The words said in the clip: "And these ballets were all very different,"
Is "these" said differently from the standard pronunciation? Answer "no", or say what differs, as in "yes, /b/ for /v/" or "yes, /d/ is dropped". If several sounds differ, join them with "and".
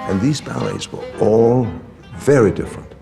no